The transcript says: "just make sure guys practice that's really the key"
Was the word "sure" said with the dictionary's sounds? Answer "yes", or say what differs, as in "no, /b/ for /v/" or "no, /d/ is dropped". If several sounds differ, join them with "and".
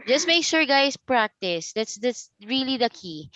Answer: no, /s/ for /ʃ/